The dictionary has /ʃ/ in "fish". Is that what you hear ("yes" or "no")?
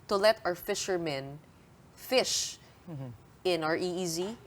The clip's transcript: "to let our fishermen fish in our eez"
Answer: yes